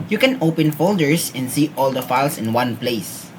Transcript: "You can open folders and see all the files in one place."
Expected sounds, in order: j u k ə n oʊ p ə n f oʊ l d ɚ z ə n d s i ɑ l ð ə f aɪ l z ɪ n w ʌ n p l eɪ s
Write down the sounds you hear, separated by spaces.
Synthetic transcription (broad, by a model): j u k ə n oʊ p ə n f oʊ l d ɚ s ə n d s i ɑ l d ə f aɪ l s ɪ n w ʌ n p l eɪ s